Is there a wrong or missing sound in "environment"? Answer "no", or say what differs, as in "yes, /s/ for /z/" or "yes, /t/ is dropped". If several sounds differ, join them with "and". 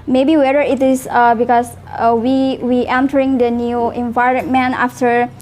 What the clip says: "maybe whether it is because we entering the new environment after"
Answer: yes, /t/ is dropped